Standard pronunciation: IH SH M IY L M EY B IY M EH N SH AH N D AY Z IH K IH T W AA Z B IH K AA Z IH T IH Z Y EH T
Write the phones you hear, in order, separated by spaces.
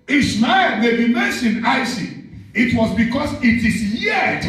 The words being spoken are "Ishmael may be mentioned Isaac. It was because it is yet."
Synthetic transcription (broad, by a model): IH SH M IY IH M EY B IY M EH N SH AH N D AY S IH IH T W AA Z B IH K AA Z IH T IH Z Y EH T